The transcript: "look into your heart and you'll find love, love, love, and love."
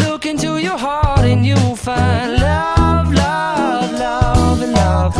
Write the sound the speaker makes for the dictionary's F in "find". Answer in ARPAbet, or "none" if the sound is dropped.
F